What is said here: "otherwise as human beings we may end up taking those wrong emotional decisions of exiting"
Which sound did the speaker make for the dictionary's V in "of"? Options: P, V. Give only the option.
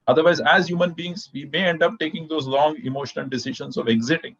V